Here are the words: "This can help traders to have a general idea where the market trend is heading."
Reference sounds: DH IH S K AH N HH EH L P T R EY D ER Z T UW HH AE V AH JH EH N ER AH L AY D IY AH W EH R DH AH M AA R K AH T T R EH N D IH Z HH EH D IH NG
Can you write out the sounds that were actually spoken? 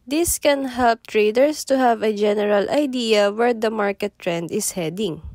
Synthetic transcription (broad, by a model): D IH S K AH N HH EH L P T R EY D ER S T UW HH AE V AH JH EH N ER AH L AY D IY AH W EH R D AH M AA R K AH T T R EH N D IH S HH EH D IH NG